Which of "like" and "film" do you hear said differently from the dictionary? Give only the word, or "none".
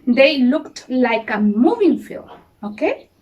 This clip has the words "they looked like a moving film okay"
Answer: film